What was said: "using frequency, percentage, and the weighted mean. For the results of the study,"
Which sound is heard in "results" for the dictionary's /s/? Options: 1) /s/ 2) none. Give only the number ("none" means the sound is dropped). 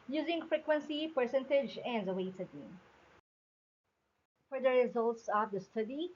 1